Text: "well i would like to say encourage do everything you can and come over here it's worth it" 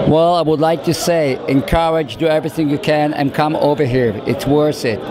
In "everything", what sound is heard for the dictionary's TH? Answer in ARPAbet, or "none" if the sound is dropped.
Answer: TH